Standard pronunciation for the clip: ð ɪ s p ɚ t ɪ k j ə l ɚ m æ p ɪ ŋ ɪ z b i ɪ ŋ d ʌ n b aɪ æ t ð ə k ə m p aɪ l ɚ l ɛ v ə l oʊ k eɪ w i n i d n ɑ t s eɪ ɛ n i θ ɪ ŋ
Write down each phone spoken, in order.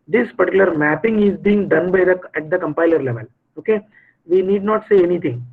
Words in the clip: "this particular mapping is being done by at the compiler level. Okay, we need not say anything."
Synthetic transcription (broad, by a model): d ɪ s p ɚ t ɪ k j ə l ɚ m æ p ɪ ŋ ɪ z b i ɪ ŋ d ʌ n b aɪ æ t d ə k ə m p aɪ l ɚ l ɛ v ə l oʊ k eɪ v i n i d n ɑ t s eɪ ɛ n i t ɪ ŋ